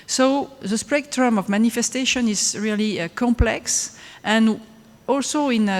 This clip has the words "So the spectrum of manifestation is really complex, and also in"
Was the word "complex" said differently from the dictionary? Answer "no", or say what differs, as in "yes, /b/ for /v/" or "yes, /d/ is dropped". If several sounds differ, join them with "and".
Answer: no